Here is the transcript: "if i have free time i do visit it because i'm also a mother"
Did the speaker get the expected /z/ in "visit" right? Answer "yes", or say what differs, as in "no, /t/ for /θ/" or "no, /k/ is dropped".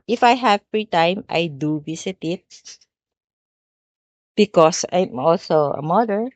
no, /s/ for /z/